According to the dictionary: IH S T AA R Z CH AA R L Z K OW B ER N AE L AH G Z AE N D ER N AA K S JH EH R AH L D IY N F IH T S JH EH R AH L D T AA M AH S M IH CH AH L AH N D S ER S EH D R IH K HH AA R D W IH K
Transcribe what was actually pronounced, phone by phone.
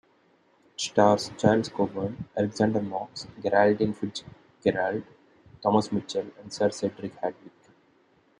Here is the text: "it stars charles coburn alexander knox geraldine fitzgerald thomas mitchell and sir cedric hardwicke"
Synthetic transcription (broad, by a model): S T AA R S CH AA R L S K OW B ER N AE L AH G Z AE N D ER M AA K S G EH R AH L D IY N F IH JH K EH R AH L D T AA M AH S M IH CH AH L AH N D S ER S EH D R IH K HH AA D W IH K